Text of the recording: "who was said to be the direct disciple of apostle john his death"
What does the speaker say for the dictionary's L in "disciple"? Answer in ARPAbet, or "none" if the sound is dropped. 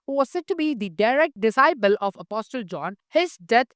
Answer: L